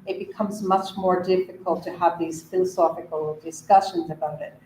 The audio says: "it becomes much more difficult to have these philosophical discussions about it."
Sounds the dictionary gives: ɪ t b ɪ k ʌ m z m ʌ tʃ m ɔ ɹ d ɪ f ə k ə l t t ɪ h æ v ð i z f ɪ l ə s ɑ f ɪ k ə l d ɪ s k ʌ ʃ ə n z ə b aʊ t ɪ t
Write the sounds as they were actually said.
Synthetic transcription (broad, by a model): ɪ t b ɪ k ʌ m z m ʌ tʃ m ɔ ɹ d ɪ f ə k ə l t t ɪ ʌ v ð i z f ɪ l ə s ɑ f ɪ k ə l d ɪ s k ʌ ʃ ə n z ə b aʊ t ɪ t